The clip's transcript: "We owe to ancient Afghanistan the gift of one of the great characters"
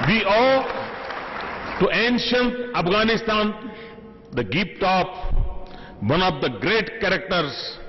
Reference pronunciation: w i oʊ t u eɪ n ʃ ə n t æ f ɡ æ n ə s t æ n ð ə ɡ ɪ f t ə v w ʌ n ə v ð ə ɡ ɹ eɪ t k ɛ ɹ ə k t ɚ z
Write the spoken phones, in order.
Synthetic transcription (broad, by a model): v i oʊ t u eɪ n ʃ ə n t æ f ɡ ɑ n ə s t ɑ n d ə ɡ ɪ p t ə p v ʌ n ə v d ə ɡ ɹ eɪ t k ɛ ɹ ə k t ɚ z